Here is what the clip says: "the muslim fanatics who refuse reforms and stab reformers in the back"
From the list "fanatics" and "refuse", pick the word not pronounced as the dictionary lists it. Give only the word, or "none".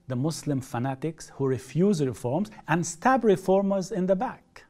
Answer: none